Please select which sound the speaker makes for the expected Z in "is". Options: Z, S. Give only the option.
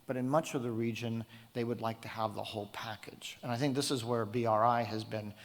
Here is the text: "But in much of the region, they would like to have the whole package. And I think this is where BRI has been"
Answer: Z